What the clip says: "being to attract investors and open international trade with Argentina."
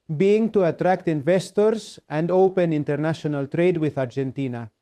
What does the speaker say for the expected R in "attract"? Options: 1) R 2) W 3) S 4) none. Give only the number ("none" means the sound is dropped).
1